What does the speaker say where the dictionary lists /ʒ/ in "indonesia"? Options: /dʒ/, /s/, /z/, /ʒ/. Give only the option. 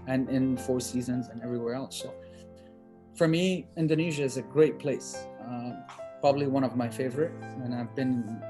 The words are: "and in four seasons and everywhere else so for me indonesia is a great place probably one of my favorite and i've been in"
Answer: /ʒ/